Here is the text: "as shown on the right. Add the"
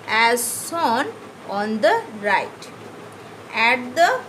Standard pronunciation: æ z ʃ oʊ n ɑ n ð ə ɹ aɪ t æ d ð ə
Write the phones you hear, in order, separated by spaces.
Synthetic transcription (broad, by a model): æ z s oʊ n ɑ n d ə ɹ aɪ t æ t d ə